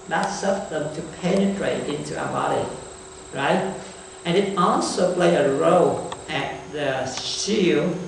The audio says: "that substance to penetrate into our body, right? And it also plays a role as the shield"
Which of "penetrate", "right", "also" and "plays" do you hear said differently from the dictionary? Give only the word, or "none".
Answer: plays